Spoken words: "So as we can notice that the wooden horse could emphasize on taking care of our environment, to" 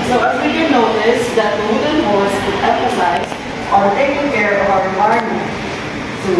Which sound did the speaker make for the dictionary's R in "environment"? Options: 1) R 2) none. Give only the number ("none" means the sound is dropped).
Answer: 2